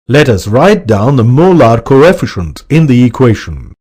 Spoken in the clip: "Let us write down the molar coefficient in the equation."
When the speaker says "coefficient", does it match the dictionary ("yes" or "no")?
yes